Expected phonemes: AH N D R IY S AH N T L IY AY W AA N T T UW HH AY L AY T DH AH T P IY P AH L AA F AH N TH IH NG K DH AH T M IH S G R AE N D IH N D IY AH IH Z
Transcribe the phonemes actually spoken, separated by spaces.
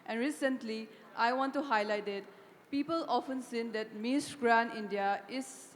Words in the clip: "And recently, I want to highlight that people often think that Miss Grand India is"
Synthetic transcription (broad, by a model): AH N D R IY S AH N T L IY AY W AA N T T UW HH AY L AY T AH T P IY P AH L AA F AH N S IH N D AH T M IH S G R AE N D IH N D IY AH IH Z